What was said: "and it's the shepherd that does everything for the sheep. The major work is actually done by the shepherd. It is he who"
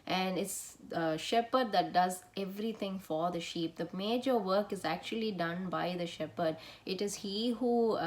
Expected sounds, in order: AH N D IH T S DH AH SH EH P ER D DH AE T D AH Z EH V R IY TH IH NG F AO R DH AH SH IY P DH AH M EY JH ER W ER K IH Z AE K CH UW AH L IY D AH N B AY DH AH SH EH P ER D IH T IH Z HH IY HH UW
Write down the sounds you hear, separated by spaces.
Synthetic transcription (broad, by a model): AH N D IH T S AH SH EH P ER D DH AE T D AH Z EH V R IY T IH NG F AO R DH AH SH IY P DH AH M EY JH ER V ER K IH Z AE K CH UW AH L IY D AH N B AY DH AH SH EH P ER D IH T IH Z HH IY HH UW